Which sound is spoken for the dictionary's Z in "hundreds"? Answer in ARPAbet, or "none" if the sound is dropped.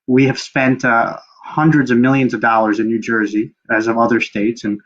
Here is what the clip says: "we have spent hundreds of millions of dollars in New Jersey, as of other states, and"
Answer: Z